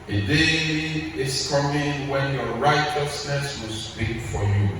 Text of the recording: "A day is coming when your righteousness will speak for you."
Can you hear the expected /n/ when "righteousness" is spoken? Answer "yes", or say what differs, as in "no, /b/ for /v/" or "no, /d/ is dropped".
yes